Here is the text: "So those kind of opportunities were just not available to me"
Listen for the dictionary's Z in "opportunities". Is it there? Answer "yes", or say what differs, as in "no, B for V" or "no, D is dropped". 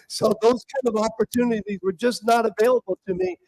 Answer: yes